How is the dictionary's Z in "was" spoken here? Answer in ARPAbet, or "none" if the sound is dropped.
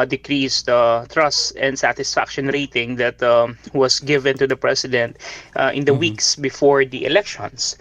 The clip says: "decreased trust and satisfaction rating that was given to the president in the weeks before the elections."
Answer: S